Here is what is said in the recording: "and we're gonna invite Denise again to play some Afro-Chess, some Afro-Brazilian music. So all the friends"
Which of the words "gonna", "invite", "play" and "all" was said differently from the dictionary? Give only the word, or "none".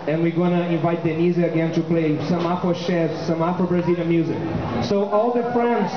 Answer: none